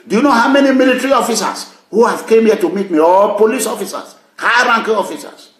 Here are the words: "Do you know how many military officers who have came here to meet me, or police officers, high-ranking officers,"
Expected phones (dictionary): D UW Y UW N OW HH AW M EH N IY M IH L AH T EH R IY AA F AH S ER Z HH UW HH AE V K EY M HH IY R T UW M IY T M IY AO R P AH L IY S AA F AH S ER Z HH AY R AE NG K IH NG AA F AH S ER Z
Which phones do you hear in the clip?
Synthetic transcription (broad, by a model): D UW Y UW N OW HH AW M EH N IY M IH L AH T R IY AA F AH S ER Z HH UW HH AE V K EY M HH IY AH T UW M IY T M IY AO L P AH L IY S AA F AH S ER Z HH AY R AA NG K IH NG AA F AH S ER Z